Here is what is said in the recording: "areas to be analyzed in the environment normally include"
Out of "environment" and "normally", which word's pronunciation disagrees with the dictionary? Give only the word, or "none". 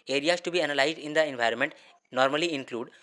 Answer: none